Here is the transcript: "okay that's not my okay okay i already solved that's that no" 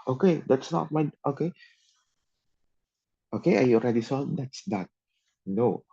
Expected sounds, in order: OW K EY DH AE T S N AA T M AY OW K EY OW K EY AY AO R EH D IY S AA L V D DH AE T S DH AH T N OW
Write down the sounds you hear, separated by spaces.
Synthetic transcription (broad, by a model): OW K EY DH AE T S N AA T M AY OW K EY OW K EY AY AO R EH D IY S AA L D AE T S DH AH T N OW